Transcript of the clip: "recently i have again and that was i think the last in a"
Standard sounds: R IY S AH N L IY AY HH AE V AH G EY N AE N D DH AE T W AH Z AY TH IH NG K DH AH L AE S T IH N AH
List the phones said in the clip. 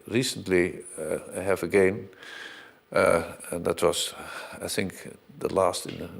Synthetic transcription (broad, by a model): R IY S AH N L IY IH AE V AH G EY N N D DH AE T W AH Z AY TH IH NG K DH AH L AE S T IH N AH